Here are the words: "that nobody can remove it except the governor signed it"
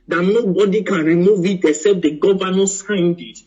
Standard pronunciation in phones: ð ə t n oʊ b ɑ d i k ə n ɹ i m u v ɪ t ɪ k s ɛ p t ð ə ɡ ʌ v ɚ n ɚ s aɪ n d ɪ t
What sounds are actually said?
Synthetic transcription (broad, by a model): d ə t n oʊ b ɑ d i k ə n ɹ i m u v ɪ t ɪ s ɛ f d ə ɡ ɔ v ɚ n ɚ s aɪ n d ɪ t